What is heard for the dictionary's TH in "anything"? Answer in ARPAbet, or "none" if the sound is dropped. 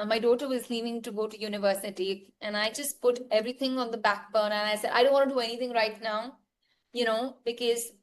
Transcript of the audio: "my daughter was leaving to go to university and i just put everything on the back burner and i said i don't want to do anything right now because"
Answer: T